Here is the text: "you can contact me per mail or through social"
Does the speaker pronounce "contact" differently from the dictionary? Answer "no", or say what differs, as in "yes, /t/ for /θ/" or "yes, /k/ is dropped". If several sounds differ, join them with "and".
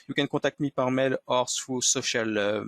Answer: yes, /n/ is dropped